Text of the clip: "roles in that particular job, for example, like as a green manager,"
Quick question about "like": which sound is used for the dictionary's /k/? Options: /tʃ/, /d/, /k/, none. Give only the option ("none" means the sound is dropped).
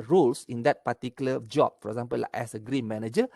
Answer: none